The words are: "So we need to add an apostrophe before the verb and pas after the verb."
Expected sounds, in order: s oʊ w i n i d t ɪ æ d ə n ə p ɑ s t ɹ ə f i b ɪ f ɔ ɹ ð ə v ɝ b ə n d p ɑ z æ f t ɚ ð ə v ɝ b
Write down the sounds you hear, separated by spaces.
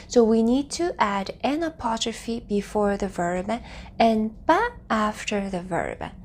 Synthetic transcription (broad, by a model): s oʊ w i n i d t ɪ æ d ə n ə p ɑ t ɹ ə f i b ɪ f ɔ ɹ ð ə v ɝ b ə n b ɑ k æ f t ɚ ð ə v ɝ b